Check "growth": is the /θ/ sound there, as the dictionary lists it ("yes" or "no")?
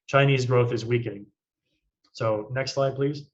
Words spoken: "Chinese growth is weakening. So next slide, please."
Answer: yes